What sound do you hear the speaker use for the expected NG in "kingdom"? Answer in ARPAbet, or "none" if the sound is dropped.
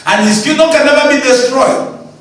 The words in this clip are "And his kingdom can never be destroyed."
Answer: none